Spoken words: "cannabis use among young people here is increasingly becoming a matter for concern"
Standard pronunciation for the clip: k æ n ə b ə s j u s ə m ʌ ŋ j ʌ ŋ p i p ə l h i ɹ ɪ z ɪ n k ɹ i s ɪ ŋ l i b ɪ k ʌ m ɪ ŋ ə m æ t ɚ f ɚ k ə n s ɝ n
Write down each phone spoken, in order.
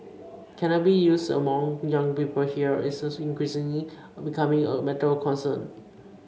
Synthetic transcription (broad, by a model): k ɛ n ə b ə j u s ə m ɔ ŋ j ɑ ŋ p i p ə l h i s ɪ s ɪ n k ɹ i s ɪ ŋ l i b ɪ k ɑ m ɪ ŋ ə m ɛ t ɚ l k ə n s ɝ n